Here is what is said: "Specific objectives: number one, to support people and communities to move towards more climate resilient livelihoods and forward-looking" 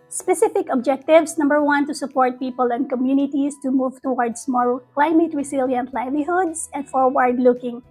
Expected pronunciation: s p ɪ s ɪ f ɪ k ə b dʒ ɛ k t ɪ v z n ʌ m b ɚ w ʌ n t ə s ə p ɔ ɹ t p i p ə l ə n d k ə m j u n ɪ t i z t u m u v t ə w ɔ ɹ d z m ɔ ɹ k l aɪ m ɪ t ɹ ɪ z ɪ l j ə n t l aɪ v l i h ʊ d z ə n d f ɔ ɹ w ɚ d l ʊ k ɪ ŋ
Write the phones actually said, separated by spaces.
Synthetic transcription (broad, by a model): s p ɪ s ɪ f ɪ k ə b dʒ ɛ k t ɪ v s n ʌ m b ɚ w ʌ n t ə s ə p ɔ ɹ t p i p ə l ə n d k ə m j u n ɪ t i s t u m u v t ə w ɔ ɹ d s m ɔ l k l aɪ m ɪ t ɹ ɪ s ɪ l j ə n t l aɪ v l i h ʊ d s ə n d f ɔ ɹ w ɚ d l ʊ k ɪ ŋ